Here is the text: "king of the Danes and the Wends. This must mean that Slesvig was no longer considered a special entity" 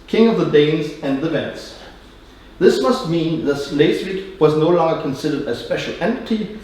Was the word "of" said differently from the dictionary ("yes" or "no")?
no